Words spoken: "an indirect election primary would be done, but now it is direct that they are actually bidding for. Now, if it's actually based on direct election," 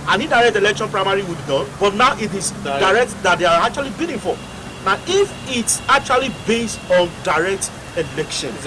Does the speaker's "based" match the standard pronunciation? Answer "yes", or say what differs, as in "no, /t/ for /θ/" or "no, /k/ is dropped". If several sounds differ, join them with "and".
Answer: yes